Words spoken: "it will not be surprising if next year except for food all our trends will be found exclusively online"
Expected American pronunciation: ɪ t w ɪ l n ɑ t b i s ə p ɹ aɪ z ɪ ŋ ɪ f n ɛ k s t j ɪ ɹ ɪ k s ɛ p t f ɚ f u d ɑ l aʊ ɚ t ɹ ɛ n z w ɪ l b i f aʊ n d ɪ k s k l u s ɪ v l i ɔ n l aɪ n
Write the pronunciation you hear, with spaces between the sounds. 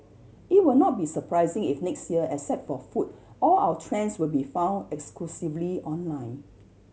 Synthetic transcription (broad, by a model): ɪ t w ɪ l n ɑ t b i s ə p ɹ aɪ z ɪ ŋ ɪ f n ɛ k s t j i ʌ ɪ s ɛ t f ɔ f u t ɑ l aʊ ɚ t ɹ ɛ n s w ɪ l b i f aʊ n d ɪ k s k l u s ɪ v l i ɔ n l aɪ n